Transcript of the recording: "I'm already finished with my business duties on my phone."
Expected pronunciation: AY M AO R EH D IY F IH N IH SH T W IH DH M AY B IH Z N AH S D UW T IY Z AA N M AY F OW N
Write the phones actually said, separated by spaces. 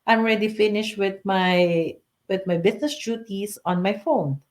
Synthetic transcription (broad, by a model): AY M R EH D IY F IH N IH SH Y W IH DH M AY B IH S N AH S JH UW T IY S AA N M AY F OW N